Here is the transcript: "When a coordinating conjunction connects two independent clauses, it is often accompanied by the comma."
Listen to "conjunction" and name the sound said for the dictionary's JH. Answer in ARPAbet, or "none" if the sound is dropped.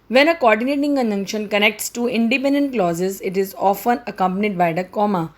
none